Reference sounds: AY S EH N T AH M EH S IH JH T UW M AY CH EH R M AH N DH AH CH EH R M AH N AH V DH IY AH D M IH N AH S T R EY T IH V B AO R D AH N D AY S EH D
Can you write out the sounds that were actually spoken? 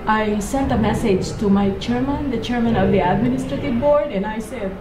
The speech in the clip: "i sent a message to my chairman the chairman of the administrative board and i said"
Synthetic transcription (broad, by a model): AY S EH N T AH M EH S IH JH T UW M AY CH EH R M AH N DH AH CH EH R M AH N AH V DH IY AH D M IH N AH S T R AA T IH V B AO R D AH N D AY S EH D